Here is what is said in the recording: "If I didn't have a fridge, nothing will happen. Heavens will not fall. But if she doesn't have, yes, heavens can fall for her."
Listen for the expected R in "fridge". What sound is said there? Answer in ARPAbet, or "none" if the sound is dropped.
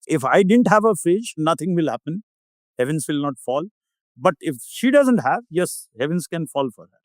none